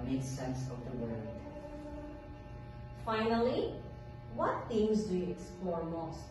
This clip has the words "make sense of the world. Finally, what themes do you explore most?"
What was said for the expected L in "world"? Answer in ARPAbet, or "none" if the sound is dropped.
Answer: none